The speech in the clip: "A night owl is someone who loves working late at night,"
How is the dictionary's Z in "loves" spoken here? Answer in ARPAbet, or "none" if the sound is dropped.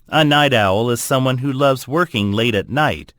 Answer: Z